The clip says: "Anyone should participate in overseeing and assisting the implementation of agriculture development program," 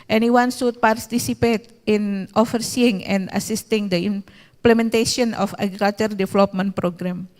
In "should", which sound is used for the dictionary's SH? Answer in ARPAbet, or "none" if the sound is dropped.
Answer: S